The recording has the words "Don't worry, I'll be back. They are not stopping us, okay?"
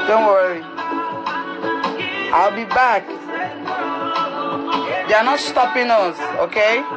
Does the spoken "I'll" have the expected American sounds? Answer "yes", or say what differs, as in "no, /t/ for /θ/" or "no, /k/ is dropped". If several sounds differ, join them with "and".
yes